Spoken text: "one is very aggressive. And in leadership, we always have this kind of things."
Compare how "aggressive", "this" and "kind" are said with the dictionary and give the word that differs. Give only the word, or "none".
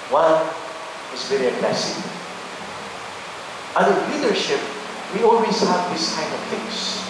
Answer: aggressive